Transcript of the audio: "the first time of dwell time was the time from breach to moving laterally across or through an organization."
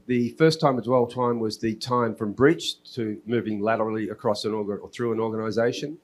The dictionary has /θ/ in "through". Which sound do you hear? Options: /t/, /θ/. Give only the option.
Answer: /θ/